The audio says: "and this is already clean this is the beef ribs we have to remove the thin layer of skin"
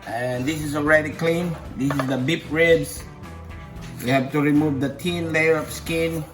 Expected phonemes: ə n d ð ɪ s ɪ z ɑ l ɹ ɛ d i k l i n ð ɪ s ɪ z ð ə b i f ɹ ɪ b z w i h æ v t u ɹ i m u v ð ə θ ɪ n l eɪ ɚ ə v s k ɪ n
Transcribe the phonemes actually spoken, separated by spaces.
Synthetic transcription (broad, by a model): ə n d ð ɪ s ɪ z ɑ l ɹ ɛ d i k l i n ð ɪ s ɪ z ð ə b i p ɹ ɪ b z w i h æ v t u ɹ i m u v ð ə t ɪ n l eɪ ɚ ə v s k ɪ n